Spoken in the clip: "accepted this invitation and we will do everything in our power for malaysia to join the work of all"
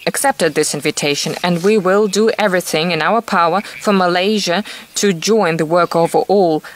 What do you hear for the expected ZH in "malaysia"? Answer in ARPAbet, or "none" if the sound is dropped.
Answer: ZH